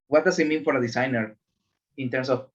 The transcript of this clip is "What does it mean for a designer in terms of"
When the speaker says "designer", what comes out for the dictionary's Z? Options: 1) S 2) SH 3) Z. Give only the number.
1